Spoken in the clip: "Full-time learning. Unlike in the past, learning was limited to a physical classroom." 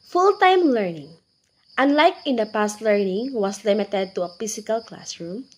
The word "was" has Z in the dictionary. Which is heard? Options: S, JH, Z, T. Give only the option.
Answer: S